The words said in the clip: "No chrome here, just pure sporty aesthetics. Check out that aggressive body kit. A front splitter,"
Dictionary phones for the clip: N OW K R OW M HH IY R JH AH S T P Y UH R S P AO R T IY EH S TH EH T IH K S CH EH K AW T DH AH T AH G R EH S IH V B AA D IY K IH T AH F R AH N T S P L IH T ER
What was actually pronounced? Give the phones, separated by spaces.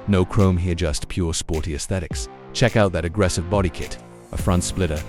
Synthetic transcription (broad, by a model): N OW K R OW M HH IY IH JH AH S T P Y UH R S P AO R T IY EH S TH EH T IH K S CH EH K AW T DH AH T AH G R EH S IH V B AA D IY K IH T AH F R AH N T S P L IH T ER